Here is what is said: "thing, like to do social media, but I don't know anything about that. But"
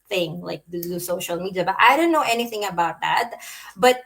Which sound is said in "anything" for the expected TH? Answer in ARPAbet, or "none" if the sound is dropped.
TH